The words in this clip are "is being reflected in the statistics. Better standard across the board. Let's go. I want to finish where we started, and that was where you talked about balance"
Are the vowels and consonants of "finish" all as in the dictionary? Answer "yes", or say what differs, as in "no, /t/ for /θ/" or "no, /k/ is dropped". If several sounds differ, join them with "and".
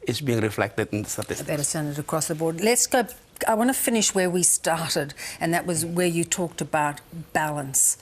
yes